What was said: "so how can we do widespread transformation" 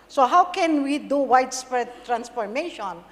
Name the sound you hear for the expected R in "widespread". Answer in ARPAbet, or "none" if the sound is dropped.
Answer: none